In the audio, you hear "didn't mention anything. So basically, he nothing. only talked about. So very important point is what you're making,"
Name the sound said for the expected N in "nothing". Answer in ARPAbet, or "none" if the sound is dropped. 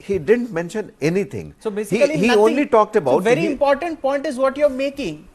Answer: L